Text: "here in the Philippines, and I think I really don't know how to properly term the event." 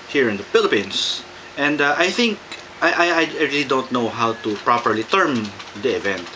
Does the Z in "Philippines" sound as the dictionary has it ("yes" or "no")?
no